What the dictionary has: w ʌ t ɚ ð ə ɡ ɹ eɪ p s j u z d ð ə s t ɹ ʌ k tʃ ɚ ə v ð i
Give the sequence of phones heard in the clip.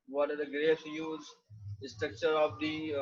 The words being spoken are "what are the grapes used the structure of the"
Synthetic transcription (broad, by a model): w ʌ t ɚ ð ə ɡ ɹ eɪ s j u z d s t ɹ ʌ k tʃ ɚ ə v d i